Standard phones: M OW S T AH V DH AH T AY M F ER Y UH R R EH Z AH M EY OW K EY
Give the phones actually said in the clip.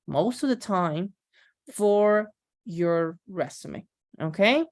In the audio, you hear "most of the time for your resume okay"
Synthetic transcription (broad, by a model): M OW S T AH V DH AH T AY M F ER Y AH R R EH S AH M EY OW K EY